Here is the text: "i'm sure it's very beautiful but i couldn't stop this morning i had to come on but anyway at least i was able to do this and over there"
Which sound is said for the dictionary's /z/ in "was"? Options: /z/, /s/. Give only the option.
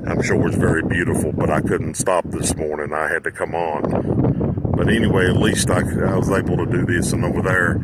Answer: /z/